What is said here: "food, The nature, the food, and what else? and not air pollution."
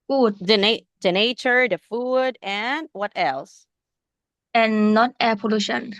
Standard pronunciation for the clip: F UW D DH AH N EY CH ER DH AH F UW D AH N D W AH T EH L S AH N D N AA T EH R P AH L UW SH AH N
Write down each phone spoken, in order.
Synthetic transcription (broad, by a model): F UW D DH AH N EY CH ER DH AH F UW D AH N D W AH T EH L S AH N N AA T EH P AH L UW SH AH N